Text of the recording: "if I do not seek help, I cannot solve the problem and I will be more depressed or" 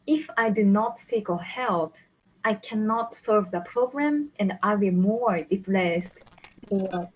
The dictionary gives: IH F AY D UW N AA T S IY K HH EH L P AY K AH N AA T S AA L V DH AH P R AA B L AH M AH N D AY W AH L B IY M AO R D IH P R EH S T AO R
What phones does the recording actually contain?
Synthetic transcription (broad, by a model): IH F AY D UW N AA T S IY K HH EH L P AY K AH N AA T S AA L V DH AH P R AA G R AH M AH N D AY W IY M AO R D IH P L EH S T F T